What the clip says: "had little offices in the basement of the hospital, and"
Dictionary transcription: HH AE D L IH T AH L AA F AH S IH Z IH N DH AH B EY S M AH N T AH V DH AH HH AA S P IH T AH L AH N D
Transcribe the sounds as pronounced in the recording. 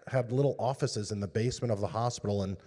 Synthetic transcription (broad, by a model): HH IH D L IH T L AA F AH S IH Z IH N DH AH B EY S M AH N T AH V DH AH HH AA S P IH T L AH N